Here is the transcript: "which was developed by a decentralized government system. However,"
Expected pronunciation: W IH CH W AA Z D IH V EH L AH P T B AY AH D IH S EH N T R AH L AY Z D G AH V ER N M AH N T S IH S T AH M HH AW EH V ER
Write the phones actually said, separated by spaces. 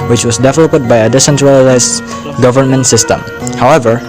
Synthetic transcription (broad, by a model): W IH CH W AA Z D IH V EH L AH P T B AY AH D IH S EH N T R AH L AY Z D G AH V ER N M AH N T S IH S T AH M HH AW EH V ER